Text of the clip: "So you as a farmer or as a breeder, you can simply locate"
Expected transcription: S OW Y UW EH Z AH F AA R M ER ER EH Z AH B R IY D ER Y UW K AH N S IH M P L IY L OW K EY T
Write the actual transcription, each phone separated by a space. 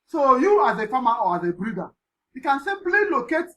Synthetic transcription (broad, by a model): S OW Y UW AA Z AH F AA M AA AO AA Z AH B R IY D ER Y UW K AH N S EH P L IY L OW K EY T